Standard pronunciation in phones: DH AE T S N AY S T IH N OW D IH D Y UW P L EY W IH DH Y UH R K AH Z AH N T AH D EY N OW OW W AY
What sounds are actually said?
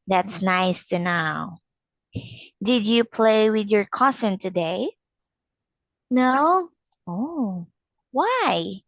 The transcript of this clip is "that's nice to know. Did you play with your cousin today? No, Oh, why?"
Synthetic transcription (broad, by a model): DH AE T S N AY S T IH N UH D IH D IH P L EY W IH DH Y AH R K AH S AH N T AH D EY N OW OW W AY